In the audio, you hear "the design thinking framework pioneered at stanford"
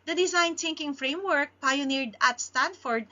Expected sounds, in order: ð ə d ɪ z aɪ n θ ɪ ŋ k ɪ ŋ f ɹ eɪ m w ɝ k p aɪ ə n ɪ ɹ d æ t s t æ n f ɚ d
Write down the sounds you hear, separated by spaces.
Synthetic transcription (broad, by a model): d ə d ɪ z aɪ n t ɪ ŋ k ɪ ŋ f ɹ eɪ m w ɝ k p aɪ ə n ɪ ɹ d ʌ t s t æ n f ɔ d